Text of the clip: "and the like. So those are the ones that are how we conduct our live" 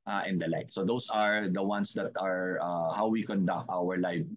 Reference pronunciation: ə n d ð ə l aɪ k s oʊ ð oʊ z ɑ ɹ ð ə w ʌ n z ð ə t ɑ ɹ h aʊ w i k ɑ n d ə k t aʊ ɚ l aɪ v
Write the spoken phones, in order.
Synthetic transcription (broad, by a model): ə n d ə l aɪ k s oʊ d oʊ s ɑ ɹ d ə w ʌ n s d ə t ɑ ɹ h aʊ w i k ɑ n d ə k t aʊ ɚ l aɪ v